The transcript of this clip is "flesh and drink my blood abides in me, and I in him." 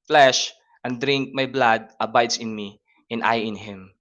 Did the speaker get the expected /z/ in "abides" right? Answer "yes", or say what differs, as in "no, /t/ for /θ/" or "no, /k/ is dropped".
no, /s/ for /z/